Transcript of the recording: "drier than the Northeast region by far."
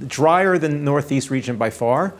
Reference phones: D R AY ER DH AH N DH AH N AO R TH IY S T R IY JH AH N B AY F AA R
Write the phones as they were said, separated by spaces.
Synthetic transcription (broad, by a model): D R AY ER AH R DH AH N AO R TH IY S T R IY JH AH N B AY F AA R